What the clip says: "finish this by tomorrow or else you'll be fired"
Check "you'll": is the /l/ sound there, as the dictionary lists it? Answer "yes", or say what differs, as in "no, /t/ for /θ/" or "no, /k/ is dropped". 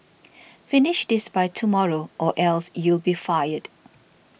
yes